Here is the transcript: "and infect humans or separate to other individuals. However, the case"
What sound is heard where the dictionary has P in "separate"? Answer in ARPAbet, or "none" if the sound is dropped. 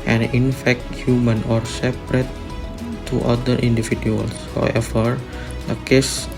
P